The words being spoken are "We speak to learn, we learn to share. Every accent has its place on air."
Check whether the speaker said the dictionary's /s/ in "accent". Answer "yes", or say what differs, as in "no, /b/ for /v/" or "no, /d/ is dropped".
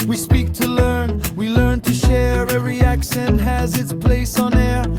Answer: no, /ʃ/ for /s/